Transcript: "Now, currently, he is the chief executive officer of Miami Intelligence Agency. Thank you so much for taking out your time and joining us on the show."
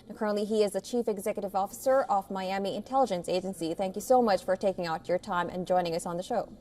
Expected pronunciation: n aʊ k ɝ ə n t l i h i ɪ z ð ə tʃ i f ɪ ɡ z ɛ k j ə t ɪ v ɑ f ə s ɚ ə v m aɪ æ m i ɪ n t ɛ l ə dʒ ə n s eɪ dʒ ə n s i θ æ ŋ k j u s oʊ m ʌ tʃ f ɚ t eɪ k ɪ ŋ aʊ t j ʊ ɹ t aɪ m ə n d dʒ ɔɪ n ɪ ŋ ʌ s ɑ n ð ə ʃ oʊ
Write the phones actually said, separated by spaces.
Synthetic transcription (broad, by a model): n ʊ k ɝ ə n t l i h i ɪ z ð ə tʃ i f ɪ ɡ z ɛ k j ə t ɪ v ɑ f ə s ɚ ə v m aɪ æ m i ɪ n t ɛ l ə dʒ ə n s eɪ dʒ ə n s i θ æ ŋ k j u s oʊ m ʌ tʃ f ɚ t eɪ k ɪ ŋ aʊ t j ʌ ɹ t aɪ m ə n dʒ ɔɪ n ɪ ŋ ʌ s n ð ə ʃ oʊ